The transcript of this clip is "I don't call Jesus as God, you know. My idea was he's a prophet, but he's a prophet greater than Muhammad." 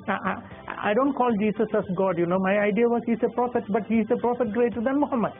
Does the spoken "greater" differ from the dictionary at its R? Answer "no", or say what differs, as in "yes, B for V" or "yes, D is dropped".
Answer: no